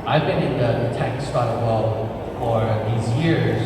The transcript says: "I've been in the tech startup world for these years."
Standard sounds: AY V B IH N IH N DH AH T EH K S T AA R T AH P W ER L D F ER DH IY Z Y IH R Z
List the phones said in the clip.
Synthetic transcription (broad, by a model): AY V B IH N IH N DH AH T EH K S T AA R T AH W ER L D F ER DH IY Z Y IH R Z